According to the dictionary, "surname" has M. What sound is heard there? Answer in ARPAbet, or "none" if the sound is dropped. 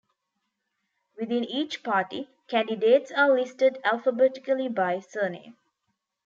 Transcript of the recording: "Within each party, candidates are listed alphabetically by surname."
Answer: none